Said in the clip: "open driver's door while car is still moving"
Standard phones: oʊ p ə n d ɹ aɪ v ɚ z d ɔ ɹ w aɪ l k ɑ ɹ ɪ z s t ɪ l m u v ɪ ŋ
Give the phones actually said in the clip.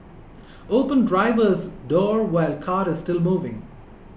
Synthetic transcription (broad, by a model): oʊ p ə n d ɹ aɪ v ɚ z d ɔ ɹ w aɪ l k ɑ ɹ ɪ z s t ɪ l m u v ɪ ŋ